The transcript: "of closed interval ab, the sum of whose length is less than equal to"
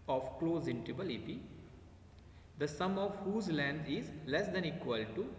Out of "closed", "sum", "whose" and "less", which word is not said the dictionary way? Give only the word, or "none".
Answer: closed